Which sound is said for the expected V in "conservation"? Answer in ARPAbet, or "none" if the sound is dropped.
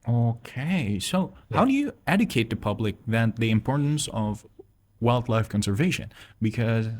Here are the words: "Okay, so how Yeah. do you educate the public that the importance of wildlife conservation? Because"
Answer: V